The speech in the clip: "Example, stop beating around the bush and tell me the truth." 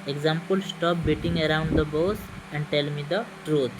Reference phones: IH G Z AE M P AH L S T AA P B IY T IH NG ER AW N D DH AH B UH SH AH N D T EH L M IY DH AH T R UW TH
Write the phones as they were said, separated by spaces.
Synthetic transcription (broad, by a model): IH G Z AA M P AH L S T AA P B IY T IH NG ER AW N D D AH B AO S AH N D T EH L M IY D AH T R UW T